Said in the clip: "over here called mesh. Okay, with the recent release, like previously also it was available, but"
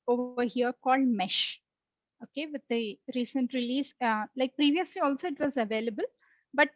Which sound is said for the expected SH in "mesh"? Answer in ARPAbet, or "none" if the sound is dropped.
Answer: SH